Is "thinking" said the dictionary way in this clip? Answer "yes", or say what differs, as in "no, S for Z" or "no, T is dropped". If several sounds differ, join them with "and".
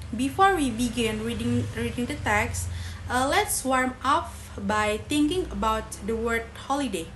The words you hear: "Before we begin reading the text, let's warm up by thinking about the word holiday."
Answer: no, T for TH